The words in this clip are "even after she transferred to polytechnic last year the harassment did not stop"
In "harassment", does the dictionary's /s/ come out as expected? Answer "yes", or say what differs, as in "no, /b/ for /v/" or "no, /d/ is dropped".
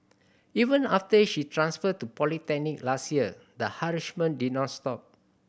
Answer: no, /ʃ/ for /s/